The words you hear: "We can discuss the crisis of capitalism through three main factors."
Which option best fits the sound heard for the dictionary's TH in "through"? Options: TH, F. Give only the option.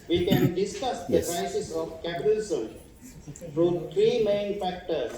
F